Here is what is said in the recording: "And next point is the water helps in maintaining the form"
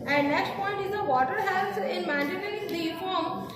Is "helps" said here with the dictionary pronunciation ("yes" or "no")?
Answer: no